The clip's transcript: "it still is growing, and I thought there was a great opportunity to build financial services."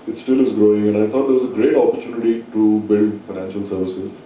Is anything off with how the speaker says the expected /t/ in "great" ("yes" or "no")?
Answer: no